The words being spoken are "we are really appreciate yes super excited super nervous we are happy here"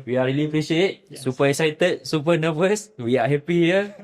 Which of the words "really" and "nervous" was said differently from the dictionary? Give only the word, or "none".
nervous